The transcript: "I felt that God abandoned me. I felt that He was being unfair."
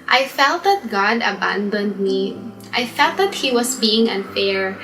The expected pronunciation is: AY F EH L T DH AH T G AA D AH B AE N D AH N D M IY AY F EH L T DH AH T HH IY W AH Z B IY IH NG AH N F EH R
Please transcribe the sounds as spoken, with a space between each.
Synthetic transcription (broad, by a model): AY F EH L T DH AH T G AA D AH B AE N D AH N D M IY AY F EH L T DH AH T HH IY W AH S B IY IH NG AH N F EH R